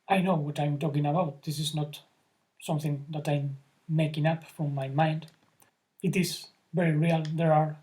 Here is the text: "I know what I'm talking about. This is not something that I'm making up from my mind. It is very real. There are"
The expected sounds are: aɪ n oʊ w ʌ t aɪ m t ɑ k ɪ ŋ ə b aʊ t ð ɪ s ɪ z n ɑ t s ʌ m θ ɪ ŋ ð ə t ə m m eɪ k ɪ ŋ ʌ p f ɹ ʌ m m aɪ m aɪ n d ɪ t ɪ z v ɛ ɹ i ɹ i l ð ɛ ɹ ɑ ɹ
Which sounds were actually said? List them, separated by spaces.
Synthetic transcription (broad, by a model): aɪ n oʊ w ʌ t aɪ m t ɑ k ɪ ŋ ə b aʊ t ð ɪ s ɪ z n ɑ t s ʌ m θ ɪ ŋ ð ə t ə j m eɪ k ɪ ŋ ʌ p f ɹ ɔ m m aɪ m aɪ n d ɪ t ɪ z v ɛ ɹ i ɹ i l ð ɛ ɹ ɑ ɹ